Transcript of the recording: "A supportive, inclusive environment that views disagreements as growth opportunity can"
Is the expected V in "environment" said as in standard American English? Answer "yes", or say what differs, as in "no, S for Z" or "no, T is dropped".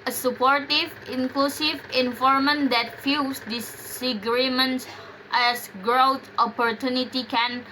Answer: no, F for V